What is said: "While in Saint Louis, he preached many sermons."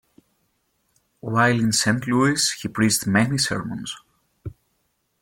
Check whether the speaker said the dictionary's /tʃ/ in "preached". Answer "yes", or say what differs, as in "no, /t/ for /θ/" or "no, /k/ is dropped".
no, /s/ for /tʃ/